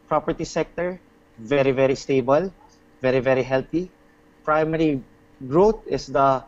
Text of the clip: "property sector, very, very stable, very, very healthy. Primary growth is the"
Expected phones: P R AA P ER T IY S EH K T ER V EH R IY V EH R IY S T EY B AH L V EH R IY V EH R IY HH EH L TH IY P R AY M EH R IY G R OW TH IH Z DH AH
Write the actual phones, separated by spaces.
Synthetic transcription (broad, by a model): P R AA P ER T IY S EH K T ER V EH R IY V EH R IY S T EY B AH L V EH R IY V EH R IY HH EH L T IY P R AY M EH R IY G R OW T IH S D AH